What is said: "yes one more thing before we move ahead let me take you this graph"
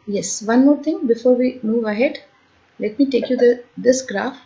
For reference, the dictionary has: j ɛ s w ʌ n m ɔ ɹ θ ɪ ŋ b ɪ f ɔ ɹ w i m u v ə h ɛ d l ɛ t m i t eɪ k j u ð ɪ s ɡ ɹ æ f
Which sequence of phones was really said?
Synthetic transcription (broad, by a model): j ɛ s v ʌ n m ɔ ɹ t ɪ ŋ b ɪ f ɔ ɹ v i m u v ə h ɛ d l ɛ t m i t eɪ k j u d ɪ s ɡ ɹ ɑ f